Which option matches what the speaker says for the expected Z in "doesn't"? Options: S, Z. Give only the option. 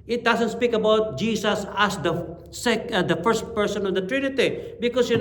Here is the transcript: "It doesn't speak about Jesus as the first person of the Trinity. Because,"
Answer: S